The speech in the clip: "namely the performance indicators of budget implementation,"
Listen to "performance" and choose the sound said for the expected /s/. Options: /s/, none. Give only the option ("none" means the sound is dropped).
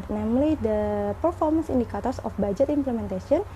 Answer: /s/